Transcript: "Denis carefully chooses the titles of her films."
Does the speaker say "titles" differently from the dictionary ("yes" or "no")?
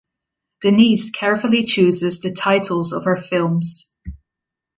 no